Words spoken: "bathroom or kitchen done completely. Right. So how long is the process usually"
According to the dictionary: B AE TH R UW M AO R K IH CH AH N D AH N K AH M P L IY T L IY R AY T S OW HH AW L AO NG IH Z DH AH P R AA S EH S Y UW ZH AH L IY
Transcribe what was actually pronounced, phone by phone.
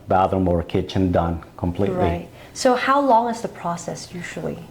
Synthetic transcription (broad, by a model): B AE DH R M AO R K IH CH AH N D AH N K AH M P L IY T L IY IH T S OW HH AW L AO NG IH Z DH AH P R AA S EH S Y UW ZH L IY